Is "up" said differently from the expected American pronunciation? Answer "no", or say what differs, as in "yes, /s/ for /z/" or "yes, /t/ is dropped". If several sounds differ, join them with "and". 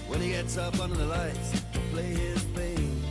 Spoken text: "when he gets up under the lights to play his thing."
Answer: no